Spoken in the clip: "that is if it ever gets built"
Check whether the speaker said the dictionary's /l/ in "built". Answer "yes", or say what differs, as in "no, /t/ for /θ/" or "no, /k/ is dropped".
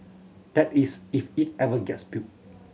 no, /l/ is dropped